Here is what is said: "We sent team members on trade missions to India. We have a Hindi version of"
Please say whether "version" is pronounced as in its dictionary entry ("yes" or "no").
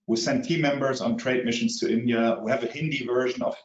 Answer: yes